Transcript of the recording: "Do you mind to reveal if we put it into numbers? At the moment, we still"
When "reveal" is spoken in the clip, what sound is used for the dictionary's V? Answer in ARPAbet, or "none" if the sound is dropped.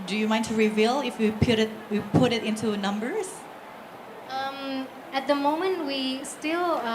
V